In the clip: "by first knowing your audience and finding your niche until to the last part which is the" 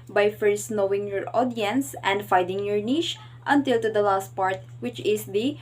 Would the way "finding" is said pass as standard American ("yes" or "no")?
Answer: no